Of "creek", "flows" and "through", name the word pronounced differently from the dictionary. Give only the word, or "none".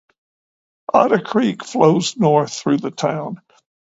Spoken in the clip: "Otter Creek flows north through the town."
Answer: none